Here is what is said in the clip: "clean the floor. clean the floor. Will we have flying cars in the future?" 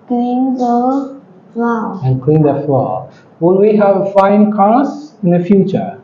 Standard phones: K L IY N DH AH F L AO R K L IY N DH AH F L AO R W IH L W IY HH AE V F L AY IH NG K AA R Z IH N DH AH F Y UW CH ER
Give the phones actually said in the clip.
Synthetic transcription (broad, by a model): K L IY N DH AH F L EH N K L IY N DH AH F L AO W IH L W IY HH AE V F AY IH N K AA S IH N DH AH F Y UW CH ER